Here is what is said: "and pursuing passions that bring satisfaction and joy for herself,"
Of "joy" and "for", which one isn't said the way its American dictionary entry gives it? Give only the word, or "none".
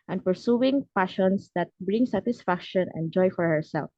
none